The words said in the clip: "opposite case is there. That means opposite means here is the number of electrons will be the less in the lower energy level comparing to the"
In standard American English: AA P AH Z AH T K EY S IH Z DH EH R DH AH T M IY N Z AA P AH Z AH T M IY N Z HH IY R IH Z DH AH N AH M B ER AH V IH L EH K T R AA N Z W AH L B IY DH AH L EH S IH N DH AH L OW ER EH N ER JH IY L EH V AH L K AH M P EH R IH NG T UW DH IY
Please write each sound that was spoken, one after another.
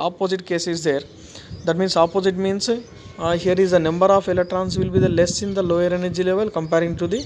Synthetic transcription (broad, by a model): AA P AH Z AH T K EY S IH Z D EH R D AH T M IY N S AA P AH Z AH T M IY N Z HH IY R IH Z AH N AH M B ER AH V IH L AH T R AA N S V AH L B IY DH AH L EH S IH N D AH L OW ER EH N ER JH IY L EH V AH L K AH M P EH R IH NG T UW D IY